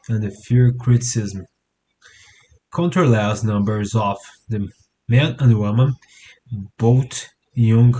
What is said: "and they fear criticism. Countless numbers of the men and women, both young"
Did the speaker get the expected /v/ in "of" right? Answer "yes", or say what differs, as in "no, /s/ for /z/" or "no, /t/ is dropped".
no, /f/ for /v/